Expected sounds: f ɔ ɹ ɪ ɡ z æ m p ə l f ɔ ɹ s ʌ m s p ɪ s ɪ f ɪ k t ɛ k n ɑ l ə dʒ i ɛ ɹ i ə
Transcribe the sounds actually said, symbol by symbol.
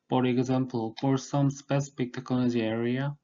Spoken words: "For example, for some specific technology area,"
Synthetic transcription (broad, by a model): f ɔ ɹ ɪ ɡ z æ m p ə l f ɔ ɹ s ʌ m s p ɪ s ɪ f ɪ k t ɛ k ɑ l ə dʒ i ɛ ɹ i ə